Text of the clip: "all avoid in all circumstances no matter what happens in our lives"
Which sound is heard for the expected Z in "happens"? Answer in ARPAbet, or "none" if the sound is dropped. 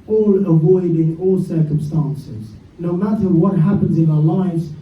Z